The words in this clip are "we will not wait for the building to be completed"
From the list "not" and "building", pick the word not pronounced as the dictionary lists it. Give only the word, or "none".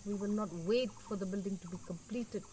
none